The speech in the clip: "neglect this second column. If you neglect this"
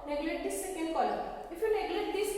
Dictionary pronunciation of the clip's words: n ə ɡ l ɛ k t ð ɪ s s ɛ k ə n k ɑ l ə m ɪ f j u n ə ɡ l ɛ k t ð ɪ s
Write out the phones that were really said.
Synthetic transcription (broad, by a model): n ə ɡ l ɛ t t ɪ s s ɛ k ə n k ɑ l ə ɪ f j u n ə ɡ l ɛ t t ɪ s